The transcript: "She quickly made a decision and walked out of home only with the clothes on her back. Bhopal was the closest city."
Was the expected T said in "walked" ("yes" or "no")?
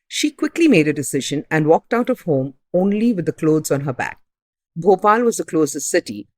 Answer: yes